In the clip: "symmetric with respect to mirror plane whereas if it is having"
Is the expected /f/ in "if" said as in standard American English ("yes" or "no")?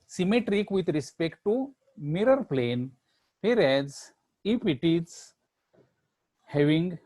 no